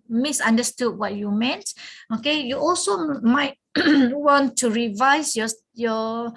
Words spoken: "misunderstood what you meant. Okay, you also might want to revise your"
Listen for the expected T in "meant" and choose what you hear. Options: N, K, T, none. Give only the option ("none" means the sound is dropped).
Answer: T